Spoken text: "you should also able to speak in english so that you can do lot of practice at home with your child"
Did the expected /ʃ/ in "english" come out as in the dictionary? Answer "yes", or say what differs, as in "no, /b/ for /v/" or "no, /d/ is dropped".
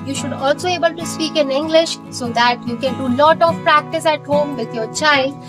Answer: yes